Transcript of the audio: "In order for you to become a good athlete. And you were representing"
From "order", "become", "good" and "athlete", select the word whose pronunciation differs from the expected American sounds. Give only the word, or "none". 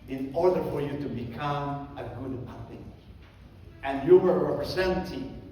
athlete